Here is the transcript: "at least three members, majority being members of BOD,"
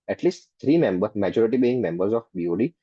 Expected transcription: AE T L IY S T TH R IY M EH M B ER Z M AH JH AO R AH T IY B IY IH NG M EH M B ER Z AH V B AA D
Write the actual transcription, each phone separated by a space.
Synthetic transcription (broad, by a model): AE T L IY S T T R IY M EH M B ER M AH JH AO R AH T IY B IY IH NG M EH M B ER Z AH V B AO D